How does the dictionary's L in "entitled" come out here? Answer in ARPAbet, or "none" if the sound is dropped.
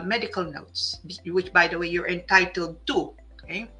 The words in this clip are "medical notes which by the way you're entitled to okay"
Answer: L